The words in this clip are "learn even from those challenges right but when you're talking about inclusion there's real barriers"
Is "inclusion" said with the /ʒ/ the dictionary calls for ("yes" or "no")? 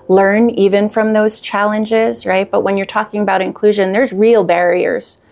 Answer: yes